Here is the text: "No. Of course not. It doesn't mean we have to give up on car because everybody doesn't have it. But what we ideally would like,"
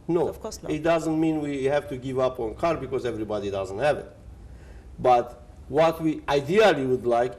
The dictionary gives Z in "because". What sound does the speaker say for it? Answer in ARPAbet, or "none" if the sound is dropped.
Z